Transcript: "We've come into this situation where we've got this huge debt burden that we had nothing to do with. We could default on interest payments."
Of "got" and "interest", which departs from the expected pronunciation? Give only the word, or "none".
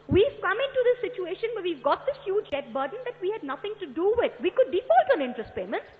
none